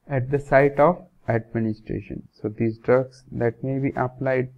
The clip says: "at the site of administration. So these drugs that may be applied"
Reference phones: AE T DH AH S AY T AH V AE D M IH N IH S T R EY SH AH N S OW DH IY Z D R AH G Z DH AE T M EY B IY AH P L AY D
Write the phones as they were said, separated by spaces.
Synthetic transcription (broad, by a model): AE T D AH S AY T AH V AE D M IH N IH S T R EY SH AH N S OW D IY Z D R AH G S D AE T M EY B IY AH P L AY D